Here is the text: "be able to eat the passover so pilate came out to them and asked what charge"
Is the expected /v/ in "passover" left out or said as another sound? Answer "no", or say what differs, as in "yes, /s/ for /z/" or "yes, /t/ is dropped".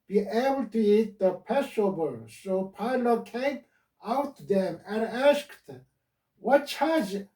yes, /b/ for /v/